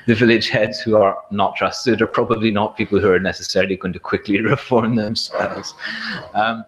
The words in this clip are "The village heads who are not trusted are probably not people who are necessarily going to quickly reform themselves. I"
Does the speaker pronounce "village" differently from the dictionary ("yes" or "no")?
no